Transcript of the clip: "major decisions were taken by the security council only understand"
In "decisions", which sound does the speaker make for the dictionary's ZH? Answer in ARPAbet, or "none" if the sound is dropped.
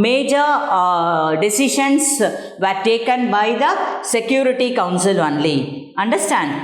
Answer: SH